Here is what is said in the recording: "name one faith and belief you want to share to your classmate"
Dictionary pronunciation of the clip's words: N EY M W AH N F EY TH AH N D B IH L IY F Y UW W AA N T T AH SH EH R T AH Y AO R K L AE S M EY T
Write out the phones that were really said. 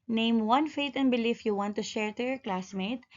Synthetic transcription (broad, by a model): N EY M W AH N F EY T AH N D B IH L IY F Y UW W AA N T T AH SH EH R T AH Y AO R K L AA S M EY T